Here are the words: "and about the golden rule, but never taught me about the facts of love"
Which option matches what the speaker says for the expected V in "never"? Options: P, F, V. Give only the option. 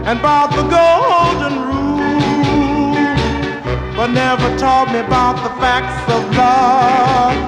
V